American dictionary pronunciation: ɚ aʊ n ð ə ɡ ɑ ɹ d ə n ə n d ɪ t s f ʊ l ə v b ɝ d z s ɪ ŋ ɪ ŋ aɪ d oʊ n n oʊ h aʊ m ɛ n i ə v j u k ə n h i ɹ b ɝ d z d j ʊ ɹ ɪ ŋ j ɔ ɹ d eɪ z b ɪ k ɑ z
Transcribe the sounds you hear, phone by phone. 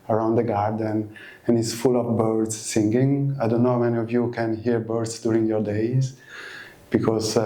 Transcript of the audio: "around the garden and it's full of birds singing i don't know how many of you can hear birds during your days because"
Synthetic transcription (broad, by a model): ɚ aʊ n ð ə ɡ ɑ ɹ d ə n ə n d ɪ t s f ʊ l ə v b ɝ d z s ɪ ŋ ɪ ŋ aɪ d oʊ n n oʊ m ɛ n i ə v j u k ə n h i ɹ b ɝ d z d j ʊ ɹ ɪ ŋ j ɔ ɹ d eɪ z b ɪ k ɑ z